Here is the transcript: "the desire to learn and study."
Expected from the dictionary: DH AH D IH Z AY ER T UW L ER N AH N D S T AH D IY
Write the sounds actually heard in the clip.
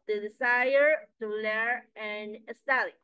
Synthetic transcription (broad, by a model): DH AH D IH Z AY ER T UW L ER AH N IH S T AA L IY